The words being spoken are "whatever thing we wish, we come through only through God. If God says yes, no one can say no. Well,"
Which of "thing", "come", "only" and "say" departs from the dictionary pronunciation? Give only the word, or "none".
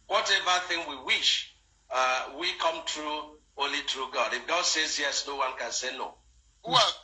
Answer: only